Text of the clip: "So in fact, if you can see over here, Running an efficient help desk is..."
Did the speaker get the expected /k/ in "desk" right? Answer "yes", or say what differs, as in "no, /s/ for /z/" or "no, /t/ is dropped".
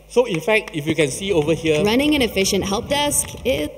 yes